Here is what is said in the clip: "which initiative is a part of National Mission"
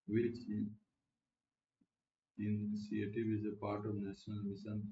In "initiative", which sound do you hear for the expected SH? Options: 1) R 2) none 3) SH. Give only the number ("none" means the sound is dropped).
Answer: 2